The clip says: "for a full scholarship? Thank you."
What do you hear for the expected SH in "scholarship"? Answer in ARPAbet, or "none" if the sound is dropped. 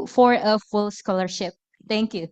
SH